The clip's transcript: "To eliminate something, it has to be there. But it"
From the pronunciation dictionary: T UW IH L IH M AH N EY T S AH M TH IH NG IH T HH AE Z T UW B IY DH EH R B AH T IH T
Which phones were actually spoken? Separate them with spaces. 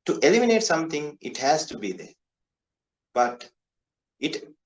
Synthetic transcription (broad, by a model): T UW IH L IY M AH N EY T S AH M T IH NG IH T HH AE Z T UW B IY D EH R B AH T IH T